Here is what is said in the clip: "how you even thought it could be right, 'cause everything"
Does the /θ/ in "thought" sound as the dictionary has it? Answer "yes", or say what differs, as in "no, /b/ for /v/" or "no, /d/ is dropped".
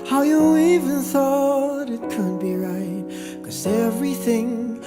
yes